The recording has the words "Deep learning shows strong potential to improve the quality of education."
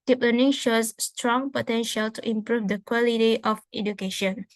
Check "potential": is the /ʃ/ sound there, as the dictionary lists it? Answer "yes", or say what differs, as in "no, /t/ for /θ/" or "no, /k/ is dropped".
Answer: yes